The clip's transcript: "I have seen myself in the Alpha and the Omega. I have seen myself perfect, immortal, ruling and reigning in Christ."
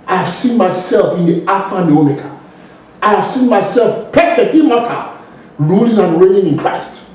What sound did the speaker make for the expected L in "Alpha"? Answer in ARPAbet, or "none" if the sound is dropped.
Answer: none